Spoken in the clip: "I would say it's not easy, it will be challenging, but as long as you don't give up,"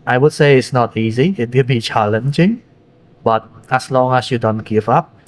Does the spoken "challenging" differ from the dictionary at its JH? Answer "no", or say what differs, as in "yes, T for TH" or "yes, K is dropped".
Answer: yes, CH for JH